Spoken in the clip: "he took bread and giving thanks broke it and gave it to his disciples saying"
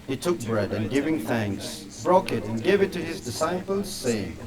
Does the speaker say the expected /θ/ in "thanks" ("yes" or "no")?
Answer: yes